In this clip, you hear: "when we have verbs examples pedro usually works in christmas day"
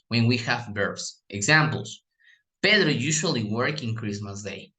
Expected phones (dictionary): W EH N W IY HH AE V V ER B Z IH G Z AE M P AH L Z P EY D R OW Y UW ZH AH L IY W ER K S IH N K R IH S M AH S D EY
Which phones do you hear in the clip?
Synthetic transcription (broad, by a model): W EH N W IY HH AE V B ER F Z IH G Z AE M P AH L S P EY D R Y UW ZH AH L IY W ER K IH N K R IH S M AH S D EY